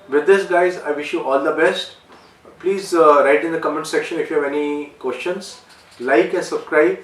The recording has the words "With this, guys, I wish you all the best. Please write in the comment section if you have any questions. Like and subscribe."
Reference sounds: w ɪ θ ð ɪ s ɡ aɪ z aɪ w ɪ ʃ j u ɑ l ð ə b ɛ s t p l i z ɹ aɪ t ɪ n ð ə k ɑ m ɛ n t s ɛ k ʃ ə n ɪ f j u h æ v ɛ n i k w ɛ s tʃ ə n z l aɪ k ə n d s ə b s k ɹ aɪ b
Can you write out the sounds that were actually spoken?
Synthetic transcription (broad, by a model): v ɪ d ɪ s ɡ aɪ z aɪ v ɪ ʃ j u ɑ l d ə b ɛ s t p l i z ɹ aɪ t ɪ n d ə k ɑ m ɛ n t s ɛ k ʃ ə n ɪ f j u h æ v ɛ n i k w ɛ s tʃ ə n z l aɪ k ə n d s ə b s k ɹ aɪ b